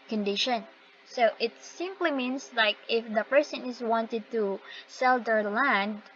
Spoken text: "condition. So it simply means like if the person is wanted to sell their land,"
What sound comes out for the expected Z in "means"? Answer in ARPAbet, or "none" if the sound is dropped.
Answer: S